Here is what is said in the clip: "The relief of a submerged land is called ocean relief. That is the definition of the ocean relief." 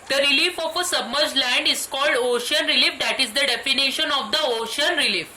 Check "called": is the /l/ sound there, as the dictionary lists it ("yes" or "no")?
yes